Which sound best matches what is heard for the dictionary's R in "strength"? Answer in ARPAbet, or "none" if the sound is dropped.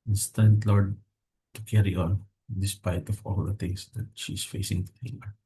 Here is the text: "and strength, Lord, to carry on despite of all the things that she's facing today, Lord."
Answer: none